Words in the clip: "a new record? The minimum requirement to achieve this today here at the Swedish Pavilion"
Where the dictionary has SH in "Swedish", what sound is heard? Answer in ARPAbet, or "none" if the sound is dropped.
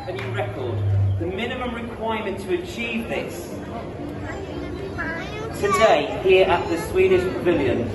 SH